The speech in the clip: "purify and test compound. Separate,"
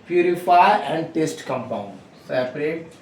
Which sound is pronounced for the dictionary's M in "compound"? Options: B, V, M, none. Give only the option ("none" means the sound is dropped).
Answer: M